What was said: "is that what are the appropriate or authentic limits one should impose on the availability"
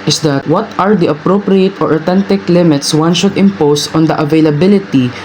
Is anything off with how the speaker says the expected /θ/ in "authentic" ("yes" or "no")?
yes